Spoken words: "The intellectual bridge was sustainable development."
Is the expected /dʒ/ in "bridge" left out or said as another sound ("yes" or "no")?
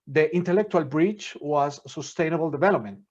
yes